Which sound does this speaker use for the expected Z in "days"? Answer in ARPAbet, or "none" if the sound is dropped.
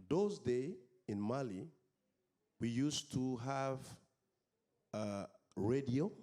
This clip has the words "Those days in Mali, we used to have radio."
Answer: none